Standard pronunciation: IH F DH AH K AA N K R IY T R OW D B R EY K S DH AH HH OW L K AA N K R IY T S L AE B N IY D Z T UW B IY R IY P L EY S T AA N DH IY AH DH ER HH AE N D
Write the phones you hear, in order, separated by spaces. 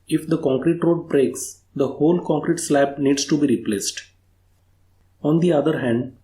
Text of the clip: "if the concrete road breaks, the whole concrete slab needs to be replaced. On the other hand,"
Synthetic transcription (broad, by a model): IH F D AH K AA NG K R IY T R OW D B R EY K S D AH HH OW L K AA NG K R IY T S L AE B N IY D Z T UW B IY R IY P L EY S T AA N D IY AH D ER HH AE N D